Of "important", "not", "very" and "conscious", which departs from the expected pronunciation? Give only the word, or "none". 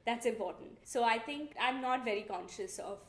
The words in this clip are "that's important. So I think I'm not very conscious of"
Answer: none